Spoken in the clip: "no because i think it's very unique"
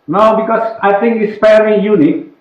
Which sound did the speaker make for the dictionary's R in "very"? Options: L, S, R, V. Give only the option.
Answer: L